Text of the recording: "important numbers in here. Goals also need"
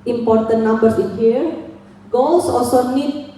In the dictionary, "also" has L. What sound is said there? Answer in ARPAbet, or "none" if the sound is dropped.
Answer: none